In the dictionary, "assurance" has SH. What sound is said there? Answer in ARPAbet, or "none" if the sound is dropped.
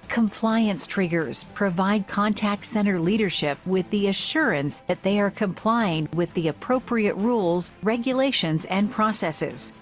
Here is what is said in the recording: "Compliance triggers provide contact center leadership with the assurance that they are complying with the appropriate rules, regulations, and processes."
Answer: SH